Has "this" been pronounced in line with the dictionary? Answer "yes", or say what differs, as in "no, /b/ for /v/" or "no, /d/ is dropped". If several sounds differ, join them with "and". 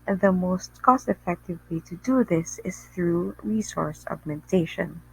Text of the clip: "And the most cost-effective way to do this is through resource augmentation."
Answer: yes